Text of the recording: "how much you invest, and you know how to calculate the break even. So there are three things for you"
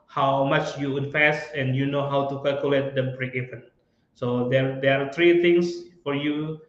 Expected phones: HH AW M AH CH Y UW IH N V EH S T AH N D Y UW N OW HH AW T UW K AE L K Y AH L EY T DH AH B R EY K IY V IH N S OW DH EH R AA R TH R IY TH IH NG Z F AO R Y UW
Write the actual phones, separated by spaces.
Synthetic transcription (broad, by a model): HH AW M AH CH Y UW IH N F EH S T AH N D Y UW N OW HH AW T UW K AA L K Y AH L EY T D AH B R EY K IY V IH N S OW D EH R AA R T R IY T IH NG S F AO R Y UW